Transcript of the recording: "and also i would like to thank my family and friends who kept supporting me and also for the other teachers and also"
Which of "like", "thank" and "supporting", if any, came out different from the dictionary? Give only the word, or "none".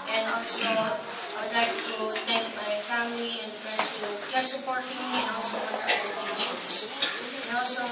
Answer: thank